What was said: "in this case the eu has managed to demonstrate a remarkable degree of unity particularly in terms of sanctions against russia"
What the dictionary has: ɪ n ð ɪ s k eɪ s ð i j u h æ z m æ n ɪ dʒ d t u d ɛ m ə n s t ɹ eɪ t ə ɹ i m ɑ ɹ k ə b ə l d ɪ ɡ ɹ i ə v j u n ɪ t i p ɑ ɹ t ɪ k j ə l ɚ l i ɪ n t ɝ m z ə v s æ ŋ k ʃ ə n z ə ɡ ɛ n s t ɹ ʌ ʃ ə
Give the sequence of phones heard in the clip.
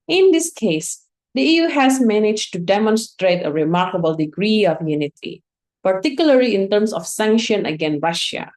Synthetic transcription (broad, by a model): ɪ n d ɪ s k eɪ s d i j u h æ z m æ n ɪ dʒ t u d ɛ m ə n s t ɹ eɪ t ə ɹ i m ɑ ɹ k ə b ə l d ɪ ɡ ɹ i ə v j u n ɪ t i p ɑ ɹ t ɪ k j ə l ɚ l i ɪ n t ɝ m s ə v s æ ŋ k ʃ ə n ə ɡ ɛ n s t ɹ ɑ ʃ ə